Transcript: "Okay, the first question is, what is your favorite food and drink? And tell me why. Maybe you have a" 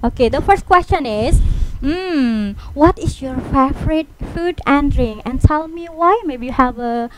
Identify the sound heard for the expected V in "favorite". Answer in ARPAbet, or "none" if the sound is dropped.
F